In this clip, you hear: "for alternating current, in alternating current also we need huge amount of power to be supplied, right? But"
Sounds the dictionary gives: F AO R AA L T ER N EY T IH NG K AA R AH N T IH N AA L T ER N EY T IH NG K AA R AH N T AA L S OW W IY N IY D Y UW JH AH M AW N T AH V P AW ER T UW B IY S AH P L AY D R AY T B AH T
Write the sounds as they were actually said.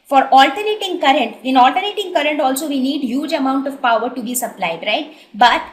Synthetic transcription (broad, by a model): F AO R AA L T ER N EY T IH NG K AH R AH N T IH N AA L T ER N EY T IH NG K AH R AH N T AA L S OW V IY N IY D Y UW JH AH M AW N T AH V P AW ER T UW B IY S AH P L AY D R AY T B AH T